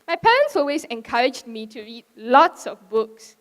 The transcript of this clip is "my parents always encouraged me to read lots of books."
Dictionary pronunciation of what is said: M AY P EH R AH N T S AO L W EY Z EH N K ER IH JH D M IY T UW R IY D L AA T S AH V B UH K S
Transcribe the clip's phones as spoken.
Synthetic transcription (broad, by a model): M AY P EH R AH N T S AO L W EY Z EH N K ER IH JH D M IY T UW R IY D L AA T S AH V B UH K S